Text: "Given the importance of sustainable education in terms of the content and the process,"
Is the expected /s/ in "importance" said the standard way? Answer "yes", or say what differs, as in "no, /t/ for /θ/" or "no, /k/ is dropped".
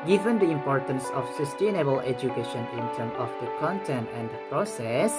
yes